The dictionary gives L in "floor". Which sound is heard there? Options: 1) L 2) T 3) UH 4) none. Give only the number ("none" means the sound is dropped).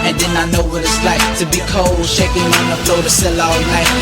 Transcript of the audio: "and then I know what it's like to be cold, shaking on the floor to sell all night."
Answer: 4